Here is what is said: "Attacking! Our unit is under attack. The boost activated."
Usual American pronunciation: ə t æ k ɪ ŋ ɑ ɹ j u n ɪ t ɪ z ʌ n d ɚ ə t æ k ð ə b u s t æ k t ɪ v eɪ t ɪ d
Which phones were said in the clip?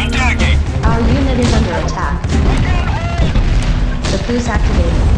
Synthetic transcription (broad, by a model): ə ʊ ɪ ɹ j u n ɪ t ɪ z ʌ n d ɚ ə t æ k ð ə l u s æ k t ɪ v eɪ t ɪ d